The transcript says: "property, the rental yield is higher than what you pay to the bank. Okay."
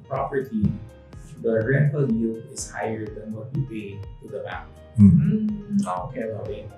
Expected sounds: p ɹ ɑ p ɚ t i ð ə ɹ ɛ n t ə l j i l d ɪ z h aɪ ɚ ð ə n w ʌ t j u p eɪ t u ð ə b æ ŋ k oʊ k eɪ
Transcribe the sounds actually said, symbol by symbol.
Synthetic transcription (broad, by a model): p ɹ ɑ p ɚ t i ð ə ɹ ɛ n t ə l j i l ɪ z h aɪ ɚ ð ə n w ʌ t j u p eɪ t u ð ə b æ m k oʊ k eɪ